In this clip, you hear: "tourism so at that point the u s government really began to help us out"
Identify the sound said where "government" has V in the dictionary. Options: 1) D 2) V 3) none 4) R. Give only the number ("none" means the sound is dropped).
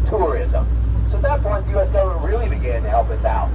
3